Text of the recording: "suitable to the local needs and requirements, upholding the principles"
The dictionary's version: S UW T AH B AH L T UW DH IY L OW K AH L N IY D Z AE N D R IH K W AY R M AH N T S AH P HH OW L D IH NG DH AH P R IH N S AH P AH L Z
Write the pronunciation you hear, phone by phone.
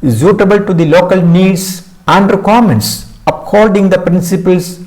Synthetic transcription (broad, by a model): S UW T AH B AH L T UW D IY L OW K AH L N IY D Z AE N D R IH K W AY R M AH N T S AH P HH OW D D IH NG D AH P R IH N S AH P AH L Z